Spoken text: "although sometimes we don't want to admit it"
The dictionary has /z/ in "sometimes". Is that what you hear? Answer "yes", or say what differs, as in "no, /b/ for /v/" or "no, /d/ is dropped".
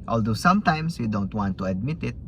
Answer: no, /s/ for /z/